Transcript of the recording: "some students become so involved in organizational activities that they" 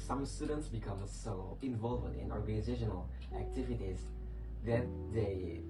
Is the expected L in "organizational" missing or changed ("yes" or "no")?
no